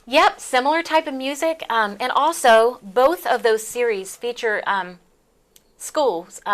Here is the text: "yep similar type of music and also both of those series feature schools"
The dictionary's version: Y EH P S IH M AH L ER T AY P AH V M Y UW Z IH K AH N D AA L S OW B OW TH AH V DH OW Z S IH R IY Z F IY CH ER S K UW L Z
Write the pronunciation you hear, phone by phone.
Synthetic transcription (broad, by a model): Y EH P S IH M L ER T AY P AH V M Y UW Z IH K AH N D AA L S OW B OW TH AH V DH OW Z S IH R IY Z F IY CH ER S K UW L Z